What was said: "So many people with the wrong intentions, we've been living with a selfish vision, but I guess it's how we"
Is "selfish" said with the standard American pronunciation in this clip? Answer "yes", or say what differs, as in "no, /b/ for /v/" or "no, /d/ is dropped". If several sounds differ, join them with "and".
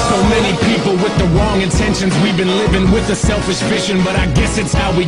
yes